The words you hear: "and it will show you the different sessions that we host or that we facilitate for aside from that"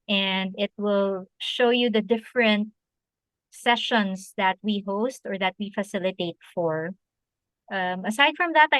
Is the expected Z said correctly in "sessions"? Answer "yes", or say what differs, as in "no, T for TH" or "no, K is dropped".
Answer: no, S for Z